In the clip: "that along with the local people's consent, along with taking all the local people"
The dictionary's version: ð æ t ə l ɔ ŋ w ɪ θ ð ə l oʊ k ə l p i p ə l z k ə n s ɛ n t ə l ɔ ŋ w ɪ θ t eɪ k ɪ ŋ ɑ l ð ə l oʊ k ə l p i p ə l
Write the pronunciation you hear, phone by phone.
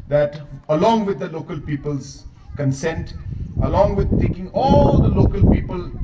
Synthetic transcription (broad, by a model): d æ t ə l ɔ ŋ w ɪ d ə l oʊ k ə l p i p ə l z k ə n s ɛ n t ə l ɔ ŋ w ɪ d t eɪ k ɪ ŋ ɑ l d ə l oʊ k ə l p i p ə l